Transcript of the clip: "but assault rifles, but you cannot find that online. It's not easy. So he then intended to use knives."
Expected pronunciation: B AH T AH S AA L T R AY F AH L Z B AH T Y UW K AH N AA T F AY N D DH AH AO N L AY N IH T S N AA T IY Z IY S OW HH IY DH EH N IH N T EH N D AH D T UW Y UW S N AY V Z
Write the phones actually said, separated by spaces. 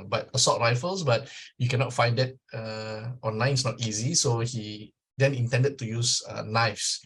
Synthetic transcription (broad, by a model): B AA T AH S AA T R AY F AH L S B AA T Y UW K AH N AA T F AY N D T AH AO N L AY N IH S N AA T IY Z IY S OW HH IY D EH N IH N T EH N D AH D T UW Y UW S N AY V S